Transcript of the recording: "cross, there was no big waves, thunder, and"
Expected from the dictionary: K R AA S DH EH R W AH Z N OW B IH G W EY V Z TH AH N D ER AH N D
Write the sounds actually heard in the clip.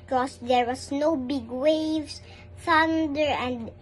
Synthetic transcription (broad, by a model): K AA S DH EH R W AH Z N OW B IH G W EY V S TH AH N D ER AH N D